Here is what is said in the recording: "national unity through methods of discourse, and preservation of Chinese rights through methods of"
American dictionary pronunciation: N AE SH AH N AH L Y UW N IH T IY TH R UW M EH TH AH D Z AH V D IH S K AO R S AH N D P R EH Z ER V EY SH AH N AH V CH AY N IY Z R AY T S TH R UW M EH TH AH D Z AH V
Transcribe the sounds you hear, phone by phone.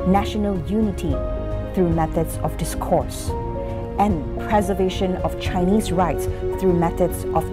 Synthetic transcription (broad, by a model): N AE SH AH N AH L Y UW N IH T IY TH R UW M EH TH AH D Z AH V D IH S K AO R S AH N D P R EH Z ER V EY SH AH N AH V CH AY N IY Z R AY T S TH R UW M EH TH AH D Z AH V